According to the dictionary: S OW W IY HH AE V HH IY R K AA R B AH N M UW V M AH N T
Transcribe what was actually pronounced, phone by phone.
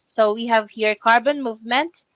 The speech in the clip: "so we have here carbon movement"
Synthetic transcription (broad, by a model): S OW W IY HH AE V HH IY R K AA R B AH N M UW V M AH N T